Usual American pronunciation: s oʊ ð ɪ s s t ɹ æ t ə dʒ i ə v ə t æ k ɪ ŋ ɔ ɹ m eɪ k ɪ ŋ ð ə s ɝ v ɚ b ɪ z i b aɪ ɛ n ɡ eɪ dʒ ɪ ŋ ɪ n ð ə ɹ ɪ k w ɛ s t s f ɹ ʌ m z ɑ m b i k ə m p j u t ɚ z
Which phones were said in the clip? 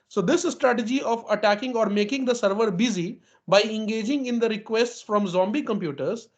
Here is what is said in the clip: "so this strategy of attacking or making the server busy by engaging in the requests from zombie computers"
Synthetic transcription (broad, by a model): s oʊ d ɪ s s t ɹ æ t ə dʒ i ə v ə t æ k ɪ ŋ ɔ ɹ m eɪ k ɪ ŋ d ə s ɝ v ɚ b ɪ z i b aɪ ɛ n ɡ eɪ dʒ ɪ ŋ ɪ n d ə ɹ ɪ k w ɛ s t s f ɹ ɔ m z ɑ m b i k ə m p j u t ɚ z